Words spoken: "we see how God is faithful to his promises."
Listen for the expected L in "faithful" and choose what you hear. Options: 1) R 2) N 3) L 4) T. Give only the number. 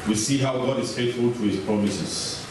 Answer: 3